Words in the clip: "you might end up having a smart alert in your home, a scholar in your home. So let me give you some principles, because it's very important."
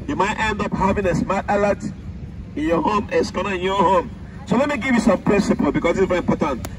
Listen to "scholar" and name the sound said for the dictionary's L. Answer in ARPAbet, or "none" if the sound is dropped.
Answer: N